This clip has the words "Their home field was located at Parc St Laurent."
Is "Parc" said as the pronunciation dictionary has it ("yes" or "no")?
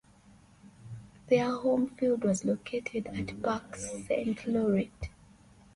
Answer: no